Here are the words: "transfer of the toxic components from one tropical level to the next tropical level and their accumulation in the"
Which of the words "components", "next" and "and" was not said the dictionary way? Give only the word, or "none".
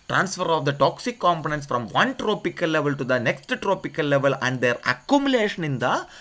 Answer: none